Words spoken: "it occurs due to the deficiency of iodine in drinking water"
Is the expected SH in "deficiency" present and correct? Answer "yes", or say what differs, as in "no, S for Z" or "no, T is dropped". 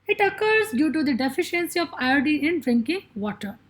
yes